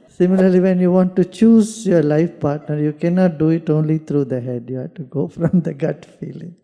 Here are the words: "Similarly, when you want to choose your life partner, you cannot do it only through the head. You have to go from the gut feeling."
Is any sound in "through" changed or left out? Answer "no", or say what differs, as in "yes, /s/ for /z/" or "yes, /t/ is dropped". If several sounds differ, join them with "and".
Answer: yes, /t/ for /θ/